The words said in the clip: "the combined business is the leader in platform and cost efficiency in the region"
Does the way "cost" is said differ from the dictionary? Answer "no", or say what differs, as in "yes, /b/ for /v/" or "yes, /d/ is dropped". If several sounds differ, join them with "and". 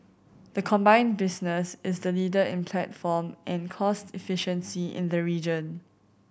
no